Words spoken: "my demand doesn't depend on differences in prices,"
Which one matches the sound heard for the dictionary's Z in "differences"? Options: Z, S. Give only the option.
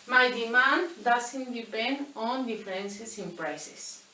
S